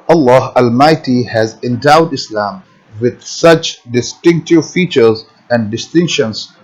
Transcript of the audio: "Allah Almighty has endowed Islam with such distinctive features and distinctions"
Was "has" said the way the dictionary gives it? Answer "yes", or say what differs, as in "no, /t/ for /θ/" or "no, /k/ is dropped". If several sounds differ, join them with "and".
yes